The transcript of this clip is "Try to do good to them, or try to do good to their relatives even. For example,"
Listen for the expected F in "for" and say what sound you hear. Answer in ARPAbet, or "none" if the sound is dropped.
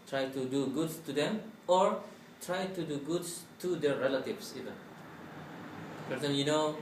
P